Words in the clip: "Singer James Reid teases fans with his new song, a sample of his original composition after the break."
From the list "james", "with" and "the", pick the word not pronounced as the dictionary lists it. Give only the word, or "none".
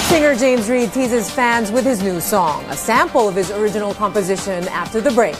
none